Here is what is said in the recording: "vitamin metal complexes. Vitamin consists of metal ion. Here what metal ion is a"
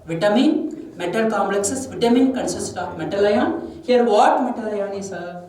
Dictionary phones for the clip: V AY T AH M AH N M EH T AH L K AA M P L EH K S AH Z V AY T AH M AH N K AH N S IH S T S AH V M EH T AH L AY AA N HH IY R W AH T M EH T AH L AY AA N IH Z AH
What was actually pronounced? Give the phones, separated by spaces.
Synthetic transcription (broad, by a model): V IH T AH M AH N M EH T AH L K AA M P L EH K S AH S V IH T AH M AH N K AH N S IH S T AH P M EH T AH L AY AA N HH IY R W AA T M EH T AH L AY AA N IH S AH